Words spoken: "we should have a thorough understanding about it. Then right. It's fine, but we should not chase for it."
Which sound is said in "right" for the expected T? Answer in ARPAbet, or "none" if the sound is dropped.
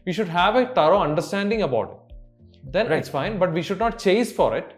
none